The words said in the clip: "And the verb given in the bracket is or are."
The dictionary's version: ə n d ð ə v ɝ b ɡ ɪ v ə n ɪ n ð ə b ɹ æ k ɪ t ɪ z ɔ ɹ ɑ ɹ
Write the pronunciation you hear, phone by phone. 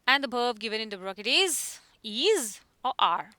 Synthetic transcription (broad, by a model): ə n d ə b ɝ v ɡ ɪ v ə n ɪ n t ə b ɹ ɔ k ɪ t ɪ z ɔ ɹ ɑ ɹ